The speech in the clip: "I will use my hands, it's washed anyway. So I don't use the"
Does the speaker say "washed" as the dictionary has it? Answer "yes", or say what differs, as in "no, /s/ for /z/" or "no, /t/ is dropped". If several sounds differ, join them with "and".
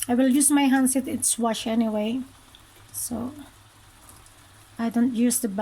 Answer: no, /t/ is dropped